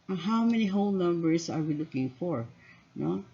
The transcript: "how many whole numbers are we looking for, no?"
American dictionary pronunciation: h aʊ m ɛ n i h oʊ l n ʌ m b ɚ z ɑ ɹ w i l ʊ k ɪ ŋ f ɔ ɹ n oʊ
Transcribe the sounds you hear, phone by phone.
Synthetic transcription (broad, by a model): h aʊ m ɛ n i h oʊ l n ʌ m b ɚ s ɑ ɹ w i l ʊ k ɪ ŋ f ɔ ɹ n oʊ